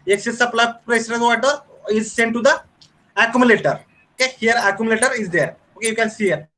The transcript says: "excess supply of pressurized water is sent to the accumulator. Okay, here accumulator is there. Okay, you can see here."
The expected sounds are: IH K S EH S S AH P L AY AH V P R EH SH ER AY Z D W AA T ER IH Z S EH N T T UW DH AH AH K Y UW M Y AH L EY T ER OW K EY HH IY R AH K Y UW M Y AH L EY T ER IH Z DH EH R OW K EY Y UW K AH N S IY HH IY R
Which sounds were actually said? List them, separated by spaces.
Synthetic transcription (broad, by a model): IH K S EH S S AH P L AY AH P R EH S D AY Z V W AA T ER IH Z S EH N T T UW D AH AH K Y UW M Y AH L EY T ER OW K EY HH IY R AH K Y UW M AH L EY T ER IH Z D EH R OW K EY Y UW K AH N S IY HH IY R